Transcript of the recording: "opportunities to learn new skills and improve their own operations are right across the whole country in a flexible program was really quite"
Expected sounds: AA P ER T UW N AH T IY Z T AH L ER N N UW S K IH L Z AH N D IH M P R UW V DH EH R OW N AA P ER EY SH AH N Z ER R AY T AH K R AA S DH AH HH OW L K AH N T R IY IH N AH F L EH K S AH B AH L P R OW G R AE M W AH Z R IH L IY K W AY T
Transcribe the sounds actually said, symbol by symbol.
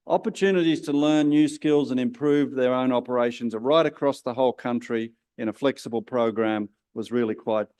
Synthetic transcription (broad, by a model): AA P ER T UW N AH T IY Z T AH L ER N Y UW S K IH L Z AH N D IH M P R UW V DH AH R OW N AA P ER EY SH AH N Z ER R AY T AH K R AA S DH AH HH OW L K AH N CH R IY IH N AH F L EH K S AH B AH L P R OW G R AE M W AH Z R IH L IY K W AY T